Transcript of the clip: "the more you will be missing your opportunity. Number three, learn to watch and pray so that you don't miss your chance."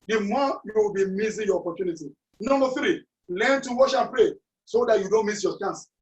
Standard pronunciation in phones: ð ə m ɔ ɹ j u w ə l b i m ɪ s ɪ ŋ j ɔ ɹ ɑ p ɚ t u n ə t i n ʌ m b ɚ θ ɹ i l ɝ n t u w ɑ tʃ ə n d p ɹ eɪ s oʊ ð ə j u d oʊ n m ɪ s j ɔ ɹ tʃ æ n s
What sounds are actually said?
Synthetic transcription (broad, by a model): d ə m ɔ j u w ə l b i m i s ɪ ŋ j ɔ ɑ p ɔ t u n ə t i n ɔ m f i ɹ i l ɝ n t u w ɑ ʃ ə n p ɹ eɪ s oʊ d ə j u d oʊ n m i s j ɔ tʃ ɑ n s